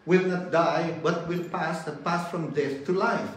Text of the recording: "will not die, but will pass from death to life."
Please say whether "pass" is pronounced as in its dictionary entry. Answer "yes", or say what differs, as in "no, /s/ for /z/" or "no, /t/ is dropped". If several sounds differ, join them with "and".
yes